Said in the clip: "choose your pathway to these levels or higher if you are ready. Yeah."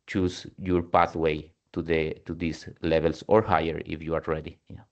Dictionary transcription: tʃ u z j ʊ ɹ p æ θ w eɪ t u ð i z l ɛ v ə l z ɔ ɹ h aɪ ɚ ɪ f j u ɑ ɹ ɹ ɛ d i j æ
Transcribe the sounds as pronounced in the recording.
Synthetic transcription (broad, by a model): tʃ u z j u ɹ p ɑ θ w eɪ t u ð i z l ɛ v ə l s ɔ ɹ h aɪ ɚ ɪ f j u ɑ ɹ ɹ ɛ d i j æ